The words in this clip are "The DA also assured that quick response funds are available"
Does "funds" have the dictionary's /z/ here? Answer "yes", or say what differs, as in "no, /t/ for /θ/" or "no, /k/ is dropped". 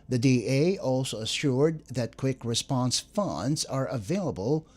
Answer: yes